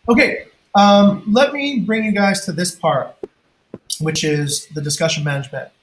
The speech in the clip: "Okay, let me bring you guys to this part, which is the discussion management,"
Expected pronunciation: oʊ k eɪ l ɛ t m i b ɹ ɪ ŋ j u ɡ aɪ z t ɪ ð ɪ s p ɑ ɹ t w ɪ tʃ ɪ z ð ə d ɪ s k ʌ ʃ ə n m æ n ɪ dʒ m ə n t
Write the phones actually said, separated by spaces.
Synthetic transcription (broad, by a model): oʊ k eɪ l ɛ t m i b ɹ ɪ ŋ j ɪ ɡ aɪ z t ɪ ð ɪ s p ɑ ɹ t w ɪ tʃ ɪ z ð ə d ɪ s k ʌ ʃ ə n m æ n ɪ dʒ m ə n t